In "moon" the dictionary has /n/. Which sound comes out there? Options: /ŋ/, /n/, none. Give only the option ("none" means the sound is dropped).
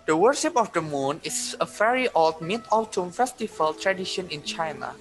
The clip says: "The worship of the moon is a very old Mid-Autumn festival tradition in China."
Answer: /n/